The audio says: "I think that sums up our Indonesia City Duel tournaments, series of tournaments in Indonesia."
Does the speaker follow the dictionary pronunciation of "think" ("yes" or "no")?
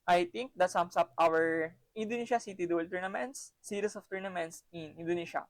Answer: no